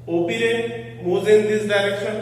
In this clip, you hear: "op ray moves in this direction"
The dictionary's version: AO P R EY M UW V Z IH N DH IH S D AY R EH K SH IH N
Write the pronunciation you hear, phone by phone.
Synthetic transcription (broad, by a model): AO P R EY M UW Z IH N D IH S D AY R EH K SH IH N